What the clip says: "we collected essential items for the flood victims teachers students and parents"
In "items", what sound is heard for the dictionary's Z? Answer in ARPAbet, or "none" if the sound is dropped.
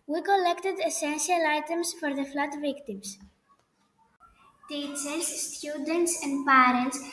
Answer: S